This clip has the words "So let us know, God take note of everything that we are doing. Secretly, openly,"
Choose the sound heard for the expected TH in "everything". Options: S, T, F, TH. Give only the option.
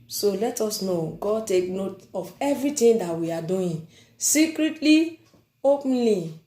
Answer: T